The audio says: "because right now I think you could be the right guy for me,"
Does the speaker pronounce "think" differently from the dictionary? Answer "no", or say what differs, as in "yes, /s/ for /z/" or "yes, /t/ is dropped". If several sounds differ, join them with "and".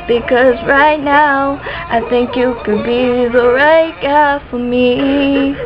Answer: no